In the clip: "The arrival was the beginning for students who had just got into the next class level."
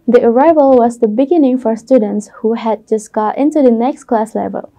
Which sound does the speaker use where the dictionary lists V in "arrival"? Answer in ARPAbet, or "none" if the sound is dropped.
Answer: V